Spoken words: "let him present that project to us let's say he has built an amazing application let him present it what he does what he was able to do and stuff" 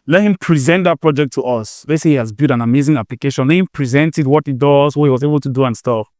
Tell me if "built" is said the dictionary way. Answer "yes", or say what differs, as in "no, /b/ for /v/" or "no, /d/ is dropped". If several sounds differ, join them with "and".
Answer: no, /l/ is dropped